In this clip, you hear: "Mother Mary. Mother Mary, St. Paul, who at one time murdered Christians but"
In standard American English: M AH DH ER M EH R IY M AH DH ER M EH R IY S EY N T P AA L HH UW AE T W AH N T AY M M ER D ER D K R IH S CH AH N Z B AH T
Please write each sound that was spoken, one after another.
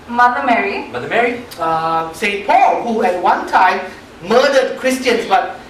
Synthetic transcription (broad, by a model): M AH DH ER M EH R IY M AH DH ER M EH R IY S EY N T P AA L HH UW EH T W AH N T AY M M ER D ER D K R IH S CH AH N S B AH T